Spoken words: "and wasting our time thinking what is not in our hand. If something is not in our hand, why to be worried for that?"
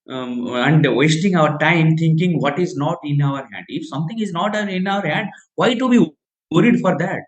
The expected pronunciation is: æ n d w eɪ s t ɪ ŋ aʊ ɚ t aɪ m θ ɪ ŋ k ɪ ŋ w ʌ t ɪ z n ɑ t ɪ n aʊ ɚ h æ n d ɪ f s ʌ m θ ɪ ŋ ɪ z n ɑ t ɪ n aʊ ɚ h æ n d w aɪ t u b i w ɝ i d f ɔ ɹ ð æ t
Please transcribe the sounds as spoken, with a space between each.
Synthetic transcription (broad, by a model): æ n d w eɪ s t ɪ ŋ aʊ ɚ t aɪ m t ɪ ŋ k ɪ ŋ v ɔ t ɪ z n ɑ t ɪ n aʊ ɚ h æ n d ɪ f s ʌ m t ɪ ŋ ɪ z n ɑ t ɪ n aʊ ɚ h æ n d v aɪ t u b i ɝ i d f ɔ ɹ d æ t